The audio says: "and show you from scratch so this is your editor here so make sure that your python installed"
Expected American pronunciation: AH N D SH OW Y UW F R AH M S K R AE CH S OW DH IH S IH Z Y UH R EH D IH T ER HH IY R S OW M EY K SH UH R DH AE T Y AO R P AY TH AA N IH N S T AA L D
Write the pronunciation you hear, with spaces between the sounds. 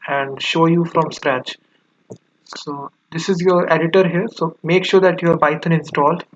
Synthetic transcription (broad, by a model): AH N D SH OW Y UW F R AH M S K R AE CH S OW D IH S IH Z Y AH R EH D IH T ER HH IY R S OW M EY K SH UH R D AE T Y AO R B AY T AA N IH N S T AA L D